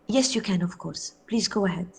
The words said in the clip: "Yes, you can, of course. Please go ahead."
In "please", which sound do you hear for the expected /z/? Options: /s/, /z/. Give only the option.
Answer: /z/